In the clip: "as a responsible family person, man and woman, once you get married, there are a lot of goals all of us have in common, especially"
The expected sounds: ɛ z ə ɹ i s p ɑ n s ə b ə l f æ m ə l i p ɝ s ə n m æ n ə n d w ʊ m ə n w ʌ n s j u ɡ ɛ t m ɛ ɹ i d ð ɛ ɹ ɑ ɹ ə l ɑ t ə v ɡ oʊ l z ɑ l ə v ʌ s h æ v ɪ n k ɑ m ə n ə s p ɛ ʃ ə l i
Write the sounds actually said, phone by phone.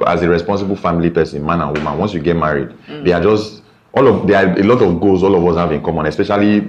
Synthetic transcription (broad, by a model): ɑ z ə ɹ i s p ɑ n s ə b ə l f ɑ m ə l i p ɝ s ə n m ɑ n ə n w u m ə n w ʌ n s j u ɡ ɛ t m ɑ ɹ i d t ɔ l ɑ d ə l ɑ t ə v ɡ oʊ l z ɑ l ə v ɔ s h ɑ v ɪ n k ɑ m ə n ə s p ɛ ʃ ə l i